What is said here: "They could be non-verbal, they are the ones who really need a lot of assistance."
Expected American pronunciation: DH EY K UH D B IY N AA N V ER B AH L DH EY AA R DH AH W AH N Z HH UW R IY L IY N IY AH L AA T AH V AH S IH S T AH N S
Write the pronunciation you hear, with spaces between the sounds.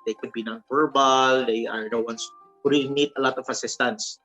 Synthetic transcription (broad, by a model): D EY K UH D B IY N AA N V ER B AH L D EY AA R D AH W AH N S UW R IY N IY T AH L AA T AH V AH S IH S T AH N S